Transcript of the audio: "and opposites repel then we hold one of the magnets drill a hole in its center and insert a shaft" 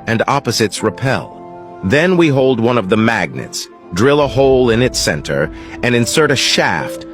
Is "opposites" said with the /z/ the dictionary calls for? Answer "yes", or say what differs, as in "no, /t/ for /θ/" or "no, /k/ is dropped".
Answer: yes